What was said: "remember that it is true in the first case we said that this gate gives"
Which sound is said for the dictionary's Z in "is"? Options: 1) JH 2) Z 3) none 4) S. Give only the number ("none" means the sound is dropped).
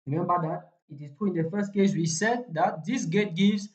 4